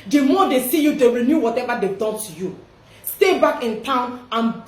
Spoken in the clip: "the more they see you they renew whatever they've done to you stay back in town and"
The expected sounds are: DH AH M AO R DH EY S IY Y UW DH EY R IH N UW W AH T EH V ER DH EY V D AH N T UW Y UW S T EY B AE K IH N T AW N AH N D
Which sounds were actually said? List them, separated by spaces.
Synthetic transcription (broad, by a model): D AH M AO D EY S IY Y UW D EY R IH N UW W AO T EH V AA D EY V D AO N T UW Y UW S T EY B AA K IH N T AW N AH N